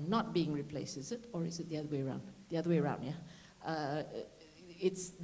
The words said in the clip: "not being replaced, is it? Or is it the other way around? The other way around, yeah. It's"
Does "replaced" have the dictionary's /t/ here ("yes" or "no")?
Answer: no